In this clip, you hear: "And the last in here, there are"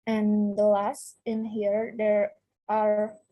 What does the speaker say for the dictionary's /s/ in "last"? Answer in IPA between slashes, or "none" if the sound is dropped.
/s/